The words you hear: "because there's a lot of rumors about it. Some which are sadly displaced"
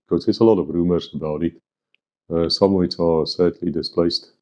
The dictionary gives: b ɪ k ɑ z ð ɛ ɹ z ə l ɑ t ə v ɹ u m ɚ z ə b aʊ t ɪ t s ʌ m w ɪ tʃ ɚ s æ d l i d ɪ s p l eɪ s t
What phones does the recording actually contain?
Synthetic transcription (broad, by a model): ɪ k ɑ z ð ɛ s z ə l ɑ t ə v ɹ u m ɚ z ə b aʊ t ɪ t s ʌ m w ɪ s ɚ s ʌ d l i d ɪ s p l eɪ s t